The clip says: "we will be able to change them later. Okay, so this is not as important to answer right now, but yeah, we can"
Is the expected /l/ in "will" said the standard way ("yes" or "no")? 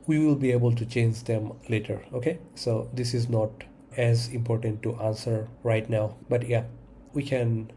yes